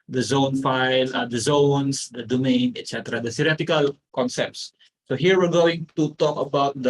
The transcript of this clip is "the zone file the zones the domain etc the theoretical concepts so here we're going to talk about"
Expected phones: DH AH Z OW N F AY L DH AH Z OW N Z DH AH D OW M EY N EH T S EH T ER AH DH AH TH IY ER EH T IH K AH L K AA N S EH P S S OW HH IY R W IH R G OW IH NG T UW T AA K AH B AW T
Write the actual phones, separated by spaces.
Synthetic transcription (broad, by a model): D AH Z OW N F AY L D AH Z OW N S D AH D OW M EY N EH T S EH T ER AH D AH S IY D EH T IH K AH L K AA N S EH P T S OW HH IY R W IH R G OW IH NG T UW T AA K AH B AW T